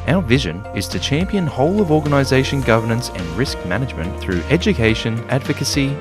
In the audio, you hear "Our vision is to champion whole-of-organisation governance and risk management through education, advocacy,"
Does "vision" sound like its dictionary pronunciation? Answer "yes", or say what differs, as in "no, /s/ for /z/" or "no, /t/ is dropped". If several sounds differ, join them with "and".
yes